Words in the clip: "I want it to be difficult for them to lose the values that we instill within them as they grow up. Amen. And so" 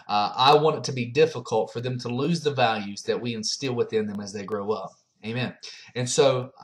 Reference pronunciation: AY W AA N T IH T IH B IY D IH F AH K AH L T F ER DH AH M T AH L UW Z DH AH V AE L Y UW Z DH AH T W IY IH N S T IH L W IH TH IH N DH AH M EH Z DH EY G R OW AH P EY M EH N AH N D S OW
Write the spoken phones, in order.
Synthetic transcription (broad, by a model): AY W AA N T IH T IH B IY D IH F AH K AH L T F ER DH AH M T AH L UW Z DH AH V AE L Y UW Z DH AH T W IY IH N S T IH L W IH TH IH N DH AH M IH Z DH EY G R OW AH P EY M EH N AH N S OW